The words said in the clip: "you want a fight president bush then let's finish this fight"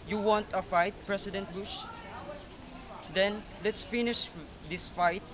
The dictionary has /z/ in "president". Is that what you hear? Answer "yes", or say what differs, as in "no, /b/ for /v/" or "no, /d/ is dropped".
no, /s/ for /z/